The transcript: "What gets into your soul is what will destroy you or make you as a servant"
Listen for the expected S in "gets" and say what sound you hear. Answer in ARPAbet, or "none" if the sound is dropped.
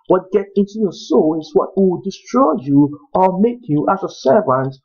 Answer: none